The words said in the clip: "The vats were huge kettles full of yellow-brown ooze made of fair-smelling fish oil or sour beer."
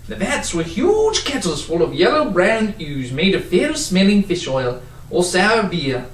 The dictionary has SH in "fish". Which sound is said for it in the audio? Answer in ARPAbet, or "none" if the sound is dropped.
SH